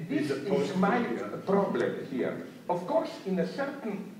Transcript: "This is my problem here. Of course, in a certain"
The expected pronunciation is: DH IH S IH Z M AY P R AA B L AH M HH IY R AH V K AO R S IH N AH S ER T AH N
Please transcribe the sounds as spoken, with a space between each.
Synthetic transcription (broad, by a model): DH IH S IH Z M AY P R AA B L AH M HH IY R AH F K AO R S IH N AH S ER T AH N